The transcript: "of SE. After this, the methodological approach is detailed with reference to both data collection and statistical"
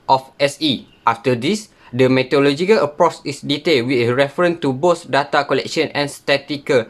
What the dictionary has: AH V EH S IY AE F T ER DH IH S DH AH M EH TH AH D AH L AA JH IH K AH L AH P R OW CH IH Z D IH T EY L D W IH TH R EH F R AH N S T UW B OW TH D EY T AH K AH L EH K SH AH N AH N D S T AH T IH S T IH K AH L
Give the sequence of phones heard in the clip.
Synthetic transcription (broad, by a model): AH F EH S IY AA F T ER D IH S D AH M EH T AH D L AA JH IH K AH L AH P R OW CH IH S D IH T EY L W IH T R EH F R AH N T UW B OW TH D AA T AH K AH L EH K SH AH N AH N S T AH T T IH K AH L